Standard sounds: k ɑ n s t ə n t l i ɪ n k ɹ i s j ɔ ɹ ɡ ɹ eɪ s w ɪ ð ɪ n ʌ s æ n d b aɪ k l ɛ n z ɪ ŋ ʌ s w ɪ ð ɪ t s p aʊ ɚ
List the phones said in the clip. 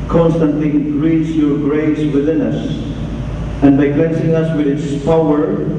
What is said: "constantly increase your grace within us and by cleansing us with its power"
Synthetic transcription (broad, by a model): k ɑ n s t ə n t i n ɹ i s j ɔ ɹ ɡ ɹ eɪ s w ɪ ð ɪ n ʌ s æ n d b aɪ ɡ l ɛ n s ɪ ŋ ʌ s w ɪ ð ɪ t s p aʊ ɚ